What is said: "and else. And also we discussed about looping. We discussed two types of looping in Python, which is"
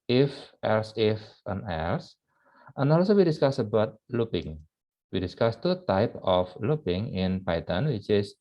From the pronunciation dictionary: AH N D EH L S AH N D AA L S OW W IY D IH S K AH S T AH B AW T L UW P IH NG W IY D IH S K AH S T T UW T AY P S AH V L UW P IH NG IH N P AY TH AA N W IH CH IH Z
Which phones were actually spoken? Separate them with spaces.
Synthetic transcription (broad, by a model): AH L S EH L S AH N AA L S OW W IY D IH S K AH S AH B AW T L UW P IH NG W IY D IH S K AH S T T UW T AY P AH F L UW P IH NG IH N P AY T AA N W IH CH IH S